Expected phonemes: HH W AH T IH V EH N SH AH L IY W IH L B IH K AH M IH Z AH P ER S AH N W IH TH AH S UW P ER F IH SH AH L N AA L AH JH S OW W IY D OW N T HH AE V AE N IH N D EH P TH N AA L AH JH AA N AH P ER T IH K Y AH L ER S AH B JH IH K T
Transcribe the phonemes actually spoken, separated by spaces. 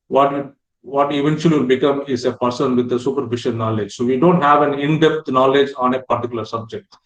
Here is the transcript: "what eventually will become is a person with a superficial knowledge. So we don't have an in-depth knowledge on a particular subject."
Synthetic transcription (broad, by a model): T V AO T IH V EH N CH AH L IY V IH L B IH K AH M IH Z AH P ER S AH N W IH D AH S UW P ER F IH SH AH N N AA L AH JH S OW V IY D OW N T HH AE V AE N IH N D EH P T N AA L AH JH AA N AH P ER T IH K Y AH L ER S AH B JH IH K T